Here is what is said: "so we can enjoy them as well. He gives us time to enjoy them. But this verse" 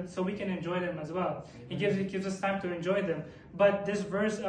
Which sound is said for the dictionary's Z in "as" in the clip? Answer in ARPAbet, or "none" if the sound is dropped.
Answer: Z